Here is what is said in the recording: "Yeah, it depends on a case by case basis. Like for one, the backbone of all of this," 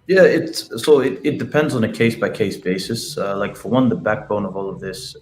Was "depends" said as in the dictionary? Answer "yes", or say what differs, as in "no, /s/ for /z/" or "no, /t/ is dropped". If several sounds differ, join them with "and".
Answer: yes